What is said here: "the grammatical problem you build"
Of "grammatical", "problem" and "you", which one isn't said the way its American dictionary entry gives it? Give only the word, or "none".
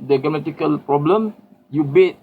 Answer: grammatical